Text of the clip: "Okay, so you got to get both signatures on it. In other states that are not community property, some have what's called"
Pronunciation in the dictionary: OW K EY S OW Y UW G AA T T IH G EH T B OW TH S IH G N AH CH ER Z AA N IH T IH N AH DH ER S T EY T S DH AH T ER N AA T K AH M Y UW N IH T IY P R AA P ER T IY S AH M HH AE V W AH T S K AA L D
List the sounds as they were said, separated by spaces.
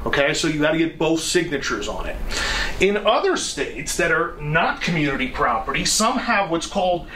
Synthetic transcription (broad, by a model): OW K EY S OW Y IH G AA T T IH G EH T B OW TH S IH G N AH CH ER Z N IH T IH N AH DH ER S T EY T S DH AH T ER N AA T K AH M Y UW N IH T IY P R AA P ER T IY S AH M HH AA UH W AH T S K AA L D